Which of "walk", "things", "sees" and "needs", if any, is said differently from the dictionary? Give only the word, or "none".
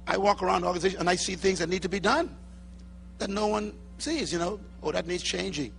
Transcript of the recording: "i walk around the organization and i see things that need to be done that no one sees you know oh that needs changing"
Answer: none